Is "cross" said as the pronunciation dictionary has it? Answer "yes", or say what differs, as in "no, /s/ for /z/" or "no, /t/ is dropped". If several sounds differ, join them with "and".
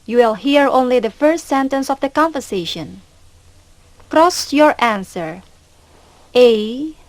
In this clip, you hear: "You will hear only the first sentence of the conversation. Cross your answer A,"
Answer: yes